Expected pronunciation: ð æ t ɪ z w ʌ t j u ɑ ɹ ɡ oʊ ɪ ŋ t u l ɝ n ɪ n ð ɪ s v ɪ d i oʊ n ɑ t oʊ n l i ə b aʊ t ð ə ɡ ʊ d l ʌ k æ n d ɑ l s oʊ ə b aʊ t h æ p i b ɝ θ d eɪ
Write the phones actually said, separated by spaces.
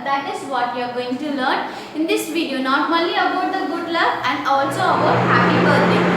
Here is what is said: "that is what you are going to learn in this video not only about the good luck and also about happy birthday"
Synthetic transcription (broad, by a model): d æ t ɪ z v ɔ t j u ɑ ɹ ɡ oʊ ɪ ŋ t u l ɝ n ɪ n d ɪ s v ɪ d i oʊ n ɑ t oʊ l i ə b aʊ t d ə ɡ ʊ d l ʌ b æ n d ɑ l s oʊ ə b aʊ t h æ p i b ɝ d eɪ